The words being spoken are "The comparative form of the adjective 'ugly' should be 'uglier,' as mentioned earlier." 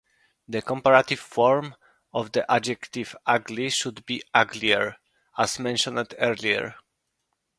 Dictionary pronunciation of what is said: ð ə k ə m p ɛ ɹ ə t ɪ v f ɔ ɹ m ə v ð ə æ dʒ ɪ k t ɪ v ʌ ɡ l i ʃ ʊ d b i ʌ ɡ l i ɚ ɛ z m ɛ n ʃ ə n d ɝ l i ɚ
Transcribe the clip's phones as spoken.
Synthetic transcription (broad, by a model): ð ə k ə m p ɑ ɹ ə t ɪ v f ɔ ɹ m ə v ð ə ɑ dʒ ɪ k t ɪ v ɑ ɡ l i ʃ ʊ d b i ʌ ɡ l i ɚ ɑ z m ɛ n ʃ ə n d ɝ l i ɚ